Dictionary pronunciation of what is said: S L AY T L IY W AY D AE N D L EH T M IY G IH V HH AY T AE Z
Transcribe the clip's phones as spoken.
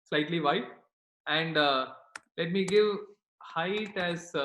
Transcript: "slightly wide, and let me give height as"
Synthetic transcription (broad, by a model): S L AY T L IY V AY AE N D L EH T M IY G IH V HH AY T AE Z